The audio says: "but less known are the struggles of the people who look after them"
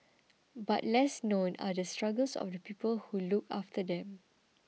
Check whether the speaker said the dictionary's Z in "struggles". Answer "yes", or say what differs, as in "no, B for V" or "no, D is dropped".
no, S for Z